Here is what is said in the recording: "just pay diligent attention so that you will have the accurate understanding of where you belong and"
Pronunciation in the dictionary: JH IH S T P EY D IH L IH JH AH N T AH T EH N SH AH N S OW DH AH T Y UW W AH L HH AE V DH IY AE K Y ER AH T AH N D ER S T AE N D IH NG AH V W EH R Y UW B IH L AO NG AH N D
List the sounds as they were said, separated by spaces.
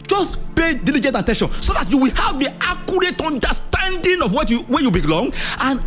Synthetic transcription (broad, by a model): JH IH S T P EY D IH L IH JH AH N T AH T EH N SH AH N S OW DH AH T Y UW W AH L HH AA V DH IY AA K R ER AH T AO N D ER S T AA N D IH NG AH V W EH W Y UW B IH L AO NG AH N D